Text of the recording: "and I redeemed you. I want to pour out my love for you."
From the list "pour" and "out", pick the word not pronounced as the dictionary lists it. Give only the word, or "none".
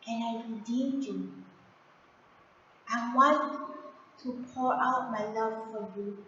none